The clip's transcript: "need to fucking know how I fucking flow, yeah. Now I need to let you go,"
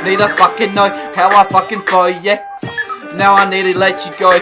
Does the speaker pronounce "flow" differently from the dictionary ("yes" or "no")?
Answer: yes